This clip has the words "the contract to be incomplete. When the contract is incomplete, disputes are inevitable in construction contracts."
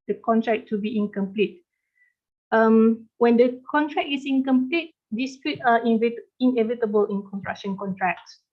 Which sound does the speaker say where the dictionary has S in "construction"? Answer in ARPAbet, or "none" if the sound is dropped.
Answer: none